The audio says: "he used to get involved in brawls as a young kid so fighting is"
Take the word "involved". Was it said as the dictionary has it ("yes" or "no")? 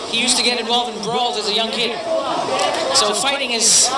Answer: no